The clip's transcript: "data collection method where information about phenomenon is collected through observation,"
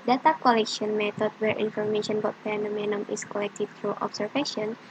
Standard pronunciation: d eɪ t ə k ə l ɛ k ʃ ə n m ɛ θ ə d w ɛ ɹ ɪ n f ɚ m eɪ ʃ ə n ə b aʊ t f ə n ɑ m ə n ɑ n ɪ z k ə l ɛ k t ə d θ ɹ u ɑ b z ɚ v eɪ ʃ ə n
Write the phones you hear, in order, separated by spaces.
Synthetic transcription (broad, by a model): d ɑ t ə k ə l ɛ k ʃ ə n m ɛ t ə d w ɛ ɹ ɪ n f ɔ m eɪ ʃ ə n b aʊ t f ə n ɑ m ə n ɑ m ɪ s k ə l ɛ k t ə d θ ɹ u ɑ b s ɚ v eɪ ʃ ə n